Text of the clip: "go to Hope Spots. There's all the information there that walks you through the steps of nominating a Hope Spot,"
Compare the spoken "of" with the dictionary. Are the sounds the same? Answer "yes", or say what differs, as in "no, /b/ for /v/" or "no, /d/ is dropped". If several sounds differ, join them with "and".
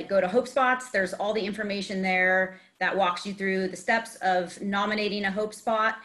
yes